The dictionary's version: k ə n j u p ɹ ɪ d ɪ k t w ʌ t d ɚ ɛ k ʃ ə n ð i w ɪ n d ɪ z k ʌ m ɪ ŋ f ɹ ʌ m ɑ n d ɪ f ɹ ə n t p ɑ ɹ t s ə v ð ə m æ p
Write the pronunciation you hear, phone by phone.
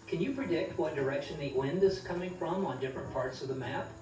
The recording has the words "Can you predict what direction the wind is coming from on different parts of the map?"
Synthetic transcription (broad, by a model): k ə n j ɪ p ɹ ɪ d ɪ k t w ʌ t d ɚ ɛ k ʃ ə n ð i w ɪ n d ɪ z k ʌ m ɪ ŋ f ɹ ʌ m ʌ n d ɪ f ɹ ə n p ɑ ɹ t s ə v ð ə m æ p